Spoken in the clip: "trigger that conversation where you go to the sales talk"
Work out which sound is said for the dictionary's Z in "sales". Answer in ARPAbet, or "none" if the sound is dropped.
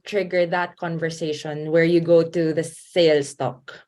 S